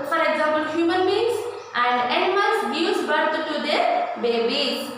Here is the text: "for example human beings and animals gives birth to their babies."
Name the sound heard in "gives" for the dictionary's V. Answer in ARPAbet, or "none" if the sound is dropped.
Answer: none